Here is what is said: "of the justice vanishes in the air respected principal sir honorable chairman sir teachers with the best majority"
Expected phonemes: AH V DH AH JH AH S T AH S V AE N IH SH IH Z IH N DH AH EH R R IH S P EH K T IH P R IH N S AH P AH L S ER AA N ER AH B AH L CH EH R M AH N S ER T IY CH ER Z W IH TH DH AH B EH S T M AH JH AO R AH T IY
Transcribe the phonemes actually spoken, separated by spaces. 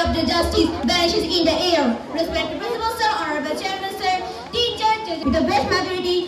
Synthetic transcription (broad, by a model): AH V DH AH JH AH S T AH S B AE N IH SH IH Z IH N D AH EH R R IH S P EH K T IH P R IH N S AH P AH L S ER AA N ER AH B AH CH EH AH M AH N S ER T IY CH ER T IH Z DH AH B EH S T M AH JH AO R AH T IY